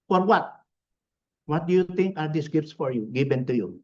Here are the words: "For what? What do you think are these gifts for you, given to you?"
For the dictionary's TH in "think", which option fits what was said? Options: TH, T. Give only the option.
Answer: T